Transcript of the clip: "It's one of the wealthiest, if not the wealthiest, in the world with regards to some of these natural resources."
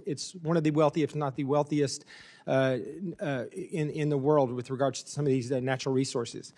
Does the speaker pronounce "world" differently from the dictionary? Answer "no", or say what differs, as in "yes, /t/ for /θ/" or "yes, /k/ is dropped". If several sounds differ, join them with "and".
no